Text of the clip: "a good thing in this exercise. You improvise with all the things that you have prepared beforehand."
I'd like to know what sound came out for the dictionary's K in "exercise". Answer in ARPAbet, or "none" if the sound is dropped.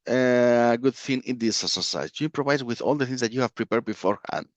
none